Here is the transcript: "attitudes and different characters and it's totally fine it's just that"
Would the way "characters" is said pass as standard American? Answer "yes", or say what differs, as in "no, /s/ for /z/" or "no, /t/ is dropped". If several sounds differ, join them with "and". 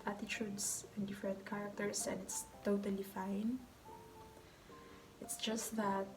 no, /s/ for /z/